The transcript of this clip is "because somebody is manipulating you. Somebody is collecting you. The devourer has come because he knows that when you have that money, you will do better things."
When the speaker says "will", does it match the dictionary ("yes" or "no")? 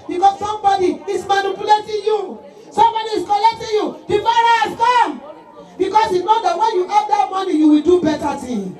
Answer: yes